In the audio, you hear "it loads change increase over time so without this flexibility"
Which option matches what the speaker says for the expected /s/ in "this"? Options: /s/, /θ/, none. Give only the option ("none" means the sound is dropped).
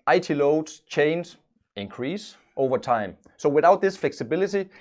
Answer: /s/